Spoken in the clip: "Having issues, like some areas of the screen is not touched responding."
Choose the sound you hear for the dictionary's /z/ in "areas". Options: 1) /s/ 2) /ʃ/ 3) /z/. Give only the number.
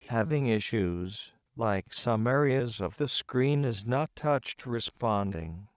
3